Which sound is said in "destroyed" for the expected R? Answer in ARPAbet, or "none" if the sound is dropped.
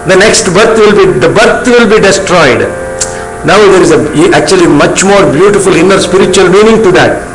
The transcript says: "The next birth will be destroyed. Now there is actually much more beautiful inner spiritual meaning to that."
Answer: R